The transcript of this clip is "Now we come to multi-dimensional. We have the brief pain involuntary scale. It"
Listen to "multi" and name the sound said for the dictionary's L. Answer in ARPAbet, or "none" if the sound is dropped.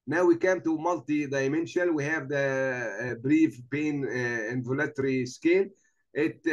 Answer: L